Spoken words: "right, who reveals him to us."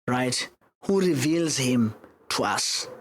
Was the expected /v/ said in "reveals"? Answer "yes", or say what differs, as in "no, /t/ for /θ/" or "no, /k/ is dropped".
yes